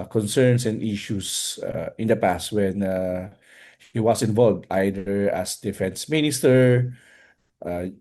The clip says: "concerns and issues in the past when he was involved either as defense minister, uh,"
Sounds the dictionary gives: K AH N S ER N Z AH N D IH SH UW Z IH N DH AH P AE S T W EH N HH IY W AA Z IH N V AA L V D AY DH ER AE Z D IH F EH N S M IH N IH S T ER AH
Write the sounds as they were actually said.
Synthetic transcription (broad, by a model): K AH N S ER N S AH N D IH SH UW S IH N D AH P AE S T W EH N HH IY W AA S IH N V AA L V D AY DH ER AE S D IH F EH N S M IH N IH S T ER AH